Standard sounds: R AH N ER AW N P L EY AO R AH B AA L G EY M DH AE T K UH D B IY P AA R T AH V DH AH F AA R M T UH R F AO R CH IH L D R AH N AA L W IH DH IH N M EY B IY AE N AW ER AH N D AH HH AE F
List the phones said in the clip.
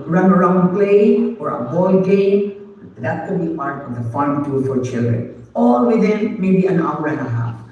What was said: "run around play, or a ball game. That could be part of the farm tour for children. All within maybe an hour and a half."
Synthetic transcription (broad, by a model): R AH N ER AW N P L EY AO R AH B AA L G EY M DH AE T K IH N B IY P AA R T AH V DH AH F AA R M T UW L F AO R CH IH L D R AH N AA L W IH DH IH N M EY B IY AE N AW ER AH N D AH HH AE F